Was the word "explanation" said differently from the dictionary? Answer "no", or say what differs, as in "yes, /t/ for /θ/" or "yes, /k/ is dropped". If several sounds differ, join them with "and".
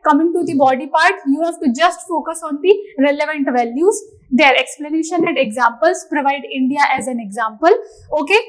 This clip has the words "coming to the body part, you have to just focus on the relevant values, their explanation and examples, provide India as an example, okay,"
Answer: no